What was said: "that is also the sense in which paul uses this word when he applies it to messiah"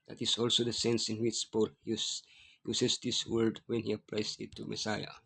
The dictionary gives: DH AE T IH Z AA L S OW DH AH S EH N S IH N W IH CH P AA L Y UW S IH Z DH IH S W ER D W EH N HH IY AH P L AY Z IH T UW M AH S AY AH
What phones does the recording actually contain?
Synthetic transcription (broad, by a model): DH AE T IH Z AA L S OW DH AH S EH N S IH N W IH CH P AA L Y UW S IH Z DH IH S W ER D W EH N HH IY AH P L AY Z IH T UW M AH S AY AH